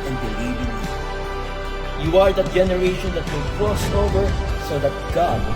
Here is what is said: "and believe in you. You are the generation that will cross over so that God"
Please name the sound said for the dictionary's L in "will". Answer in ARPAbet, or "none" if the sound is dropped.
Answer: N